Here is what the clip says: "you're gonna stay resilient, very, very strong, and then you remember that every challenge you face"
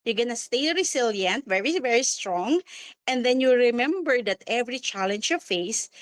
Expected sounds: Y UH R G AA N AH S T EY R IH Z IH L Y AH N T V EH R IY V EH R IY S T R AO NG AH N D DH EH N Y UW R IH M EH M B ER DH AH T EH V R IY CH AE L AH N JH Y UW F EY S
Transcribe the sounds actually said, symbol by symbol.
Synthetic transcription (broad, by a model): Y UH G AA N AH S T EY R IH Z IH L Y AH N T V EH R IY V EH R IY S T R AO NG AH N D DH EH N Y UW R IH M EH M B ER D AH T EH V R IY CH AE L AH N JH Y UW F EY S